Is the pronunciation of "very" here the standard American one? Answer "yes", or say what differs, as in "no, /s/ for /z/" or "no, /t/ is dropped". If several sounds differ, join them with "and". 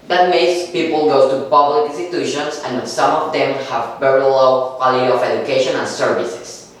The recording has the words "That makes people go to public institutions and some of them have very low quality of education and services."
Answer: no, /b/ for /v/